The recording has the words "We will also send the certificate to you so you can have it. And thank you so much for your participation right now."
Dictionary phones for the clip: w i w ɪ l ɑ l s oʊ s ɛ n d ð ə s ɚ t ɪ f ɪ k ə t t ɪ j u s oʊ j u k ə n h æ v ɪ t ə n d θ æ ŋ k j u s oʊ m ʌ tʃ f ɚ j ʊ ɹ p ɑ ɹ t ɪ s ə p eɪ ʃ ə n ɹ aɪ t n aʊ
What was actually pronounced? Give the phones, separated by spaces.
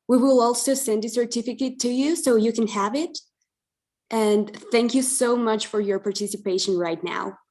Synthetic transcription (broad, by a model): w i w ɪ l ɑ l s oʊ s ɛ n d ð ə s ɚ t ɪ f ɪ k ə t t ɪ j u s oʊ j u k ə n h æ v ɪ t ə n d θ æ ŋ k j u s oʊ m ʌ tʃ f ɚ j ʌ ɹ p ɑ ɹ t ɪ s ə p eɪ ʃ ə n ɹ aɪ t n aʊ